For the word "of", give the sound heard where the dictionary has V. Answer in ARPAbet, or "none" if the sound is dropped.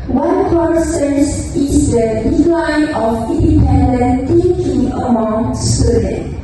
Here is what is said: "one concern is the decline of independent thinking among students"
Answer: F